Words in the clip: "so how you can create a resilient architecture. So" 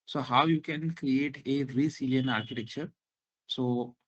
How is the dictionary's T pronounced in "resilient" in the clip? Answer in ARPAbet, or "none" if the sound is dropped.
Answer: none